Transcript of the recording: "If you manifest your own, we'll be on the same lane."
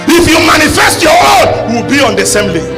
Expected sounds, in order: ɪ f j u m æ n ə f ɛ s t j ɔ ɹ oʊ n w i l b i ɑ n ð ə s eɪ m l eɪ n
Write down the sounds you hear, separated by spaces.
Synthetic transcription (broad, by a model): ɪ f j u m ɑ n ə f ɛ s t j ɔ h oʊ l w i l b i ɑ n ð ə s eɪ m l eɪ